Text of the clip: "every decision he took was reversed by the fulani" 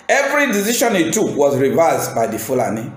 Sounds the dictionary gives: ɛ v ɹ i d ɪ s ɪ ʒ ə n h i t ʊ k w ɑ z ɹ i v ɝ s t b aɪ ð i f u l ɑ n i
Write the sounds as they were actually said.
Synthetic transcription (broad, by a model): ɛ v ɹ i d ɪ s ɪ ʃ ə n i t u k w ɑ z ɹ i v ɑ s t b aɪ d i f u l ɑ n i